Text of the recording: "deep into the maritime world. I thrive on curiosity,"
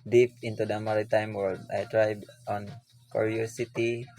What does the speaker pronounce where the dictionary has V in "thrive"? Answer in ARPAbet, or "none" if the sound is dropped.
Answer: B